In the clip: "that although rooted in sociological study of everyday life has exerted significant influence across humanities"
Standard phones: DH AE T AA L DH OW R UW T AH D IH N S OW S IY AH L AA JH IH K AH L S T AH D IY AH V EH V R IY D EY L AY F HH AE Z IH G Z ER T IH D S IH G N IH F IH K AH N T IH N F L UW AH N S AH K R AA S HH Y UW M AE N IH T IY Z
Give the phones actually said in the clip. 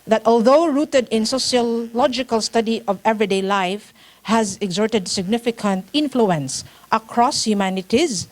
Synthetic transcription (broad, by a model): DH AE T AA L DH OW R UW T AH D IH N S OW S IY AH L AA JH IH K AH L S T AH D IY AH V EH V R IY D EY L AY F HH AE Z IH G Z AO T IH D S IH G N IH F IH K AH N T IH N F L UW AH N S AH K R AA S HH Y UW M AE N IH T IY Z